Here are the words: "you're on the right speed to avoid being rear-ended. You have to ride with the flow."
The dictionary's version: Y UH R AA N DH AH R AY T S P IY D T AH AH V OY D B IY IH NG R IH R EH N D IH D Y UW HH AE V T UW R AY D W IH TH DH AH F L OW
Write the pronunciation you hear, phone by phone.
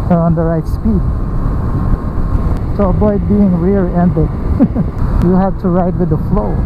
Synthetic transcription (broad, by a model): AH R AA N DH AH R AY T S P IY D S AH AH B OY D B IY IH NG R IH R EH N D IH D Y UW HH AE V T UW R AY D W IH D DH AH F L OW